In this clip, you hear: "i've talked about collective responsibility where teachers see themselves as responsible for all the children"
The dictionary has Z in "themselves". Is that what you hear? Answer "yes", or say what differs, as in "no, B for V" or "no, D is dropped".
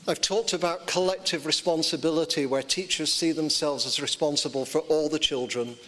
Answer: yes